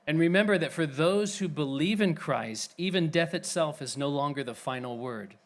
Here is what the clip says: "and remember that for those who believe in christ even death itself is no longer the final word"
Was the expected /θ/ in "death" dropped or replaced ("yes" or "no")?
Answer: no